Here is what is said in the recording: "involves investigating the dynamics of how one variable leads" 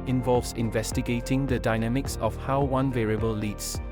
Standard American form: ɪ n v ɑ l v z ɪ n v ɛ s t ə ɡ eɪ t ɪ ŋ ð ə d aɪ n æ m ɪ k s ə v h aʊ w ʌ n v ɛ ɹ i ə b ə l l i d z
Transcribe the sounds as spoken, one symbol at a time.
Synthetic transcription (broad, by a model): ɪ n v ɑ l v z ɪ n v ɛ s t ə ɡ eɪ t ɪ ŋ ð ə d aɪ n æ m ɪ k s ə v h aʊ w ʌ n v ɛ ɹ i ə b ə l l i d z